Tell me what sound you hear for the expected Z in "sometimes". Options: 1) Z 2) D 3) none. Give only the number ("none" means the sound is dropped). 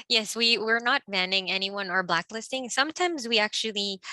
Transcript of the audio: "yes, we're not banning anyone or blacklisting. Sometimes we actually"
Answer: 1